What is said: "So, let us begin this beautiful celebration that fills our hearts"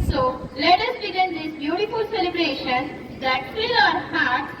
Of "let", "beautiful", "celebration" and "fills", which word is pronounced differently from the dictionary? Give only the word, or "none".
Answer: fills